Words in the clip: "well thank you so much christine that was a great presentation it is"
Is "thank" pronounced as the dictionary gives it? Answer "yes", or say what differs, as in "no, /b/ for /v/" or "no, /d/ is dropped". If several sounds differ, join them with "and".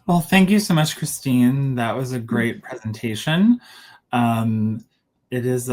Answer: yes